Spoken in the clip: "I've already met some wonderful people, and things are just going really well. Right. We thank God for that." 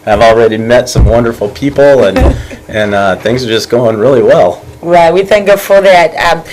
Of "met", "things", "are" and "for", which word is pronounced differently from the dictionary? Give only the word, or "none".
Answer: none